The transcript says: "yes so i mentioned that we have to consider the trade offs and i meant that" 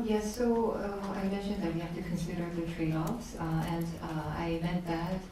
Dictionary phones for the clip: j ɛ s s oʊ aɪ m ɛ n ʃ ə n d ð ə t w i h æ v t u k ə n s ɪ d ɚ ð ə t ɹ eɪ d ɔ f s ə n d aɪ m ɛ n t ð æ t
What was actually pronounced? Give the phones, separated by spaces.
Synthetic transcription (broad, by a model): j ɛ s s oʊ aɪ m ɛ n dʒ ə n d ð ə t w i h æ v t u k ə n s ɪ d ɚ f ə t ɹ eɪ ɔ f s ə n d aɪ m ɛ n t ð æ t